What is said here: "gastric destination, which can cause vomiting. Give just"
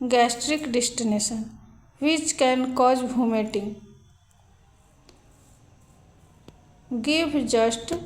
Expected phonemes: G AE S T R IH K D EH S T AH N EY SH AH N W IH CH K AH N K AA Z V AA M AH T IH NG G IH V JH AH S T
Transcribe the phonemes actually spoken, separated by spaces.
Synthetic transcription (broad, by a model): G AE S T R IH K D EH S T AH N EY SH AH N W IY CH K AH N K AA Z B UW M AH T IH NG G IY B JH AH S T